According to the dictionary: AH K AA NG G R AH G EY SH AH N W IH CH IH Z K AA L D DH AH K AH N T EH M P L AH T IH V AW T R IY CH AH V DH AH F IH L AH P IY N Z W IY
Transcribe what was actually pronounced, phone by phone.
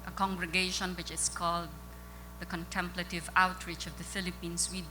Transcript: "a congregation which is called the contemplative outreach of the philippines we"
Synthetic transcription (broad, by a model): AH K AA NG G R AH G EY SH AH N W IH CH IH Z K AA L D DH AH K AH N T EH M P L AH T IH V AW T R IY CH AH V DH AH F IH L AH P IY N S W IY